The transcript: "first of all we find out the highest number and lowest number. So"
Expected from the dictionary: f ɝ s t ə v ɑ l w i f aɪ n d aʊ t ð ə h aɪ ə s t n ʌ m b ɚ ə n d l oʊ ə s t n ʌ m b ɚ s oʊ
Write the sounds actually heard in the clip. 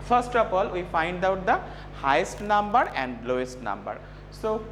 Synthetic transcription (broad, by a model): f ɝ s t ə p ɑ l w i f aɪ n d aʊ t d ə h aɪ ə s t n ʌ m b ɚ ə n d l oʊ ə s t n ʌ m b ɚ s oʊ